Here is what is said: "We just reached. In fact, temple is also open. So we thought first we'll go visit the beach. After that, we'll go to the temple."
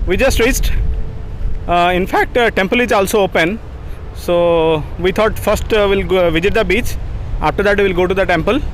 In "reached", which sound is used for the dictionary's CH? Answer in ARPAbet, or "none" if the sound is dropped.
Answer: S